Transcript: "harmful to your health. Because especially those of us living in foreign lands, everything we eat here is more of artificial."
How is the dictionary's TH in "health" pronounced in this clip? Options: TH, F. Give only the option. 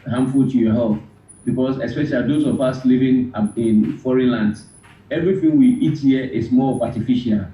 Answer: F